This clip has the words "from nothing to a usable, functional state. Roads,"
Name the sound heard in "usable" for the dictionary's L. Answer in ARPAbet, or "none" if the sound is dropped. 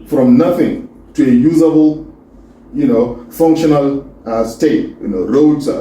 N